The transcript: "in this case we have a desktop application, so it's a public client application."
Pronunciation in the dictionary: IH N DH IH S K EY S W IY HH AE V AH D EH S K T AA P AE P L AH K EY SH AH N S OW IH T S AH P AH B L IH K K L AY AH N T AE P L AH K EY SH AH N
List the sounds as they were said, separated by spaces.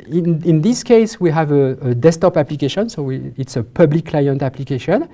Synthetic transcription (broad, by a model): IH N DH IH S K EY S W IY HH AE V AH D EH S T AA P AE P L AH K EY SH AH N S OW IH T S AH P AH B L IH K K L AY AH N T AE P L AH K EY SH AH N